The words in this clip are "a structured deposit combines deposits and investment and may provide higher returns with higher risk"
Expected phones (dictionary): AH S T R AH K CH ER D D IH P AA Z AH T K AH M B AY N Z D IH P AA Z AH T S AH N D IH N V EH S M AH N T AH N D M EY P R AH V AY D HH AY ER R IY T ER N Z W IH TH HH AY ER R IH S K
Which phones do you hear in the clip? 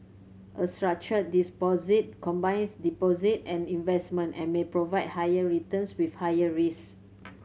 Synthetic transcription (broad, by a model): AH S T R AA K CH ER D D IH P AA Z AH T K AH M B AY N S D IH P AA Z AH T AH N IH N V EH S M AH N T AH N M EY P R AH V AY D HH AY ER R IY T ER N S W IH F HH AY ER R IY S